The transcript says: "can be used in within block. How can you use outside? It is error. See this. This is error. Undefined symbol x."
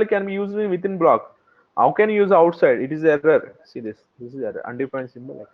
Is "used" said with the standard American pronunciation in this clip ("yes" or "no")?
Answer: no